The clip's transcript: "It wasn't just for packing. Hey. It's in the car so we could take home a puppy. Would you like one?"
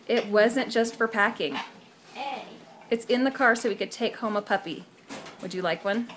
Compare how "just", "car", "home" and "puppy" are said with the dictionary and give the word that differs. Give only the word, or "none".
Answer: none